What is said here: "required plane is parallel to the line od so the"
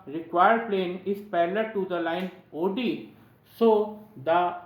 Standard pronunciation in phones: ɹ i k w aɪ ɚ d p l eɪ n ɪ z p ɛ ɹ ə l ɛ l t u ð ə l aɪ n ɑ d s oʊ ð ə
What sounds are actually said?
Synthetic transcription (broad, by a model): ɹ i k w aɪ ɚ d p l eɪ n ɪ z p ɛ l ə t u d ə l aɪ n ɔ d s oʊ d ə